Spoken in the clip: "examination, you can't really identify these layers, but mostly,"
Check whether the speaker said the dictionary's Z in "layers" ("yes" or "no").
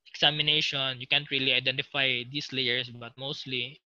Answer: no